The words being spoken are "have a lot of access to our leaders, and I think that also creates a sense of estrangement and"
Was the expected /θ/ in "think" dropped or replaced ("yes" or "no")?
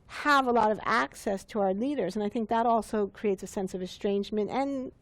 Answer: no